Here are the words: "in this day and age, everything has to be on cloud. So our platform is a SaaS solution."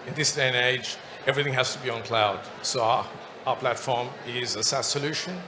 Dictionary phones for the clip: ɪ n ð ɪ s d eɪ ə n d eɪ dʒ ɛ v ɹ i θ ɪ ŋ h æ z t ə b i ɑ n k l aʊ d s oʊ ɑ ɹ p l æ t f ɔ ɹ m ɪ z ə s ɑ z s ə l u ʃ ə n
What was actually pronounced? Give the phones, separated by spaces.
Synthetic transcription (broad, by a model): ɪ n ð ɪ s d eɪ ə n eɪ dʒ ɛ v ɹ i θ ɪ ŋ h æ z t ə b i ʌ n k l aʊ d s oʊ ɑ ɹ p l æ t f ɔ ɹ m ɪ z ə s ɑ s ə l u ʃ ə n